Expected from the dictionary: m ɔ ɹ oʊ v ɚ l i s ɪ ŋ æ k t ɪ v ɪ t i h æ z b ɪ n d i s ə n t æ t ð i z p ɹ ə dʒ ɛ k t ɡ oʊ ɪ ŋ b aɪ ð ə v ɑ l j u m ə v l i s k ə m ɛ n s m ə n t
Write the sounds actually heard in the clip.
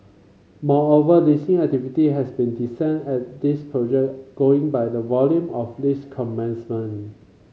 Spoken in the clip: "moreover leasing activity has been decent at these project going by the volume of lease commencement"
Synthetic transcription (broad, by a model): m ɔ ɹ oʊ v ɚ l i s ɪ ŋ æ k t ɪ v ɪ t i h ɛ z b ɪ n d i s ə n ɛ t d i s p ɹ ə dʒ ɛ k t ɡ oʊ ɪ ŋ b aɪ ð ə v ɑ l j u m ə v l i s k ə m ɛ n s m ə n